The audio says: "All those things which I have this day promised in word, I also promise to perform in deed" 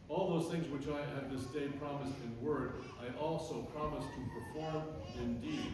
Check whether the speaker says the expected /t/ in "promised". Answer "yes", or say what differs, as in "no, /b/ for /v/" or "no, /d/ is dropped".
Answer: yes